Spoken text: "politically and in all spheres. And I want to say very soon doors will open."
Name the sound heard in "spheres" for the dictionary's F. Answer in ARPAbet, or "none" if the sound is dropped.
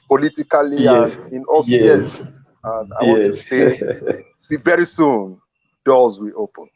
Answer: none